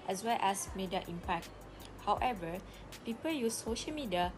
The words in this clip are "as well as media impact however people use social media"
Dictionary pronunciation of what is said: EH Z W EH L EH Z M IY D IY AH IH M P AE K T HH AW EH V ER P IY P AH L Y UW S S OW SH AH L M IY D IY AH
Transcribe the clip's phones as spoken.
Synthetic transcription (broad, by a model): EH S W EH L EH S M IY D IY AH M P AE K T HH AW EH V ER P IY P AH L Y UW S S OW SH AH L M IY D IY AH